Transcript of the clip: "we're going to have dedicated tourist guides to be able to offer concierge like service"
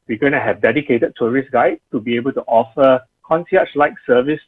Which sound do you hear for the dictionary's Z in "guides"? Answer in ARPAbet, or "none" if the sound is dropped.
none